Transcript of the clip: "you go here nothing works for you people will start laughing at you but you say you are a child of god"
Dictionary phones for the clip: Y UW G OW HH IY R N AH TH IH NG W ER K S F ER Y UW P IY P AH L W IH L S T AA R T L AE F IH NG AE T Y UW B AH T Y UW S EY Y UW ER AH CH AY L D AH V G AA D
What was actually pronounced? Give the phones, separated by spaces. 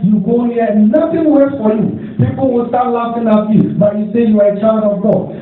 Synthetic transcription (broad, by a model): Y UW G OW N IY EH N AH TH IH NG W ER S F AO Y UW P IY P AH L W IH L S T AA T L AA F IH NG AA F Y UW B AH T Y UW S EY Y UW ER AH CH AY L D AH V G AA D